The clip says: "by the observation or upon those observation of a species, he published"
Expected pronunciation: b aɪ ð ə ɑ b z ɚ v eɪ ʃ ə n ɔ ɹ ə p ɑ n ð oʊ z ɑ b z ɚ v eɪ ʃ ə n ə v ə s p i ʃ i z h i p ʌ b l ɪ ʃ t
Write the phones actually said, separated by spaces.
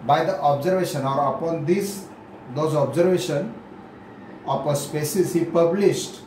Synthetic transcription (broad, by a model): b aɪ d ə ɑ b z ɚ v eɪ ʃ ə n ɔ ɹ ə p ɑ n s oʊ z ɑ b z ɚ v eɪ ʃ ə n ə p ə s p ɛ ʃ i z h i p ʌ b l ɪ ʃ t